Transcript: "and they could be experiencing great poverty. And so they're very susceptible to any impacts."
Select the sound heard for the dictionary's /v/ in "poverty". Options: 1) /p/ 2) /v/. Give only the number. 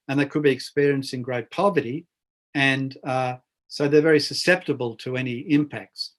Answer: 2